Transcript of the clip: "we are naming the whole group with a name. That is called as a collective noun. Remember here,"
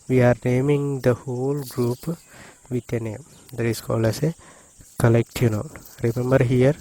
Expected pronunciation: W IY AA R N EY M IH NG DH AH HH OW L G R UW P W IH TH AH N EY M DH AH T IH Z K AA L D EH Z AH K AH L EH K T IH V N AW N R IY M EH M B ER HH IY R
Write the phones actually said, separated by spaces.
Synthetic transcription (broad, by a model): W IY AA R N EY M IH NG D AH HH OW L G R UW P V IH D AH N EY M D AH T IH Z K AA L AH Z AH K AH L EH K T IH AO N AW L R IY M EH M B ER HH IY R